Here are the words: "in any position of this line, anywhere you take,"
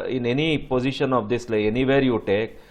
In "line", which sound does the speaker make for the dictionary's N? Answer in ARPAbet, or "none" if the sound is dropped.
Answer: none